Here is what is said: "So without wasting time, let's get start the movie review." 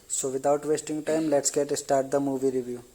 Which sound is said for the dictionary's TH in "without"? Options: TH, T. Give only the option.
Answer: T